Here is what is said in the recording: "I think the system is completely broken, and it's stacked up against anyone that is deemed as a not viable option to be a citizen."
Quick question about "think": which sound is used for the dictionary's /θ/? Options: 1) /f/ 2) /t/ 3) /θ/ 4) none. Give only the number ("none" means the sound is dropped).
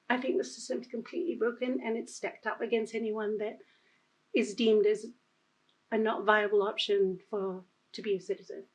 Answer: 3